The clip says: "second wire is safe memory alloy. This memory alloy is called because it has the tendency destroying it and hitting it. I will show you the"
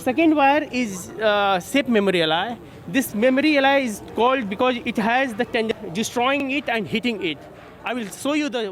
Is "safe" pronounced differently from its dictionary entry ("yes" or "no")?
yes